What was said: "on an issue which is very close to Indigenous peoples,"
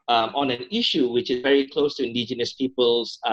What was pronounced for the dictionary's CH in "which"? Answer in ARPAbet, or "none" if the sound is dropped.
CH